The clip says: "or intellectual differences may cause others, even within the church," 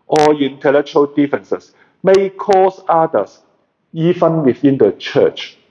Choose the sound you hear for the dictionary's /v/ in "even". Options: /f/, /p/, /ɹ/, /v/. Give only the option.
/f/